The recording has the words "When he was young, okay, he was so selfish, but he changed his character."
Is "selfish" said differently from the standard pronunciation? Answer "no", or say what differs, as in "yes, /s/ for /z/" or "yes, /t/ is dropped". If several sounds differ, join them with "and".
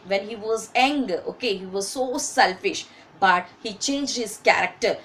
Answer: no